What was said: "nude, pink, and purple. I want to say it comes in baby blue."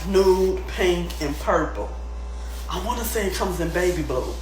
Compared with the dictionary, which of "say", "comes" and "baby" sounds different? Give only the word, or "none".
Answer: none